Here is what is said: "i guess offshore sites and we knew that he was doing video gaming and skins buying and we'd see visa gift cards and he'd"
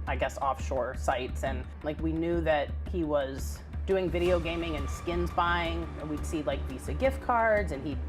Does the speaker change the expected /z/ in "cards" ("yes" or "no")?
no